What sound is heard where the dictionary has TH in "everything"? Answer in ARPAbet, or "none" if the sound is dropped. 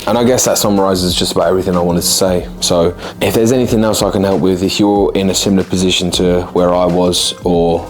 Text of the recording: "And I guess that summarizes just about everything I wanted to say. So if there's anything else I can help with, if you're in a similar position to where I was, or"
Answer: TH